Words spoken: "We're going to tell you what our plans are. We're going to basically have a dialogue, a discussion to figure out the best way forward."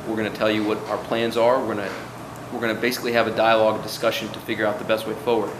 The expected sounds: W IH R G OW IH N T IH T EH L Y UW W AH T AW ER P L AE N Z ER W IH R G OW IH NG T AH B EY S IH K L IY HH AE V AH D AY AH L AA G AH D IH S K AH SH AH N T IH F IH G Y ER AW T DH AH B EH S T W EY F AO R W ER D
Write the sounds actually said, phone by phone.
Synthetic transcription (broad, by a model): W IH R G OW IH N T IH T EH L Y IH W AH T AW ER P L AE N Z ER W IH R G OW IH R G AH B EY S IH K L IY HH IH V AH D AY AH L AA G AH D IH S K AH SH AH N T IH F IH G Y ER AW T DH AH B EH S T W EY F AO R W ER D